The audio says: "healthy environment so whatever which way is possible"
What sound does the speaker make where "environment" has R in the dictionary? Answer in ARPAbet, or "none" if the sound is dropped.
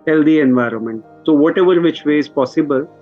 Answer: R